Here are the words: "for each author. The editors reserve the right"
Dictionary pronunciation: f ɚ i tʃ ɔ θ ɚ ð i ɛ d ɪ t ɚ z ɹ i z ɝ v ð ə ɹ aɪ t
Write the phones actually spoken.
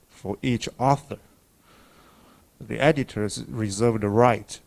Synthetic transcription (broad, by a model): f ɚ i tʃ ɔ θ ɚ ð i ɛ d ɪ t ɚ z ɹ i z ɝ v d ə ɹ aɪ t